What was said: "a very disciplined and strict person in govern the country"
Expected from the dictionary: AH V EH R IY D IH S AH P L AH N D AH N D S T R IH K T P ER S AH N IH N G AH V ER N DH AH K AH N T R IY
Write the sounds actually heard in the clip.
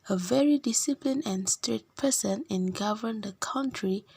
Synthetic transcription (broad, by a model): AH V EH R IY D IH S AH P L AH N AH N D S T R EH T P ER S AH N IH N G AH V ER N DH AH K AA N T R IY